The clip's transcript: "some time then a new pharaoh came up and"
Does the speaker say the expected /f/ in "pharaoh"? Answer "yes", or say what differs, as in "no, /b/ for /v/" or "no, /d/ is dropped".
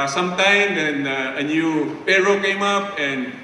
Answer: no, /p/ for /f/